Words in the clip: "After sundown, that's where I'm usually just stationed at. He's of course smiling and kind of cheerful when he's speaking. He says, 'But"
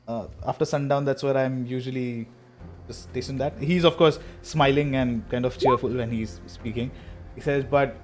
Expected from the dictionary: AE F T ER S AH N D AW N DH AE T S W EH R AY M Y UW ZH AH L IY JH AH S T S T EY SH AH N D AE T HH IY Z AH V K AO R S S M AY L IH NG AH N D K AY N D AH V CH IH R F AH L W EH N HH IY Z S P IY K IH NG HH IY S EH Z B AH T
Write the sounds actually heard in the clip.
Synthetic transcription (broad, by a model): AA F T ER S AH N D AW N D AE T S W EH R AY M Y UW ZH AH L IY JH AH S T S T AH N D AE T HH IY Z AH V K AO R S S M AY L IH NG AH N D K AY N D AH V CH IH R F AH L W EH N HH IY Z S P IY K IH NG HH IY S EH Z B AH T